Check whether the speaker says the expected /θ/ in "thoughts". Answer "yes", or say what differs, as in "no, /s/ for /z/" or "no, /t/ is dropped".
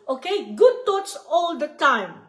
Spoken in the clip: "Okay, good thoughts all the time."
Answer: no, /t/ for /θ/